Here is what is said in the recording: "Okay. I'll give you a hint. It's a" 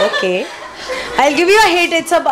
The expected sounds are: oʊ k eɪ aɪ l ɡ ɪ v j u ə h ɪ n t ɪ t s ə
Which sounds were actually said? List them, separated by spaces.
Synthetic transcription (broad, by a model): oʊ k eɪ aɪ l ɡ ɪ v j u ə h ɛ t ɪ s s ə